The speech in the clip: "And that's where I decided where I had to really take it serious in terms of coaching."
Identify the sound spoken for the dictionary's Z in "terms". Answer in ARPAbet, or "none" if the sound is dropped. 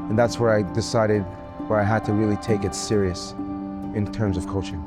Z